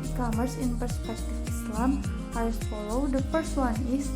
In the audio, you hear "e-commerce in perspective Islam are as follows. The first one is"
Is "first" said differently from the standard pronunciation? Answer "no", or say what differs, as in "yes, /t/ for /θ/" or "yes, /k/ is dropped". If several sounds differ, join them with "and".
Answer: yes, /p/ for /f/